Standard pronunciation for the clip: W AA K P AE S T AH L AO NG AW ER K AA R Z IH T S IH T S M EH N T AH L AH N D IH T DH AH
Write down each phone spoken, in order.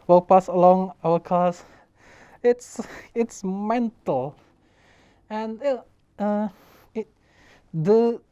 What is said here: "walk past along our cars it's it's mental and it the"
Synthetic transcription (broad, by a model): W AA P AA S AH L AO NG AW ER K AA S IH T S IH T S M EH N T AH L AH N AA IH T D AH